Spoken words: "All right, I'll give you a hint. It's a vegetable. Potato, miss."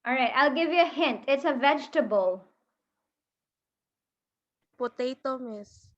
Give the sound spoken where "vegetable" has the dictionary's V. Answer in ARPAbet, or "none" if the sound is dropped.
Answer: V